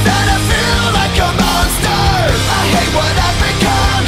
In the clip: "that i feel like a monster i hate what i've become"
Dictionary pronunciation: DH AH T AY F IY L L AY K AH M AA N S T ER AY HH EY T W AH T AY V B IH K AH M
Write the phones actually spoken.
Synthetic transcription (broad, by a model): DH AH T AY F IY L L AY K AH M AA S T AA AY HH EY T W AH T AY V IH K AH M